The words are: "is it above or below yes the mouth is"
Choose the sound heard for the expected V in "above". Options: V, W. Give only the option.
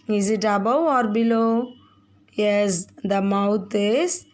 W